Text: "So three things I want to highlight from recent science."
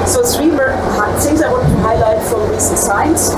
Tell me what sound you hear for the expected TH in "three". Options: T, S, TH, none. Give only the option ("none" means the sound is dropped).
S